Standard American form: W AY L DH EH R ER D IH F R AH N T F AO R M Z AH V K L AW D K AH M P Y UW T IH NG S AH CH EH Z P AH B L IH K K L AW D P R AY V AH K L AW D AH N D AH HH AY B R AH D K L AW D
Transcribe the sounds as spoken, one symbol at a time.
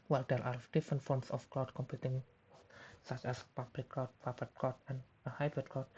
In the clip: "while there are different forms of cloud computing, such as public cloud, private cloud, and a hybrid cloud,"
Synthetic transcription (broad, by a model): W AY L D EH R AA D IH F R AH N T F AO R M S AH F K L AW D K AH M P Y UW T IH NG S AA CH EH S P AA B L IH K K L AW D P AY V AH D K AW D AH N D AH HH AY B R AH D K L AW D